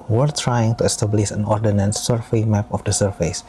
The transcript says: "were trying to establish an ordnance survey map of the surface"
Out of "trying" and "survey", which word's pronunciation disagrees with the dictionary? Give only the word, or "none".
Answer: survey